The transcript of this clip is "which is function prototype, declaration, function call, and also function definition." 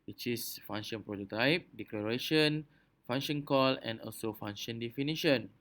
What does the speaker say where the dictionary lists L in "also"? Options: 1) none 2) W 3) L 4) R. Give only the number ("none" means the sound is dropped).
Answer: 3